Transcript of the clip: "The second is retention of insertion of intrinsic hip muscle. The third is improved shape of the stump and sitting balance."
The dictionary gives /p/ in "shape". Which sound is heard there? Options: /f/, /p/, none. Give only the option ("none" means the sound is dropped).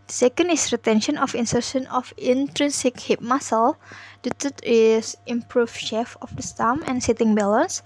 /f/